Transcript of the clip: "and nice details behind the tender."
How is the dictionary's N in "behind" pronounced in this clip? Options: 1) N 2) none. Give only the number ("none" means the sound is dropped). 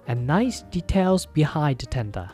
2